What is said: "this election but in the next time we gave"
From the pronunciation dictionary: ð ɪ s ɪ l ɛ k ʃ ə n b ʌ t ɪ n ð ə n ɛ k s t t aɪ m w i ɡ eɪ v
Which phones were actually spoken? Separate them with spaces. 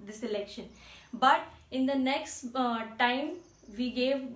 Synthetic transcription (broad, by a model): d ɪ s ɪ l ɛ k ʃ ə n b ʌ t ɪ n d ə n ɛ k s t t aɪ m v i ɡ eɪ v